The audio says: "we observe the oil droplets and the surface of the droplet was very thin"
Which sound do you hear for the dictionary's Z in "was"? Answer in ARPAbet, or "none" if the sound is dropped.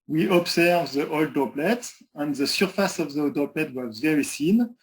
Z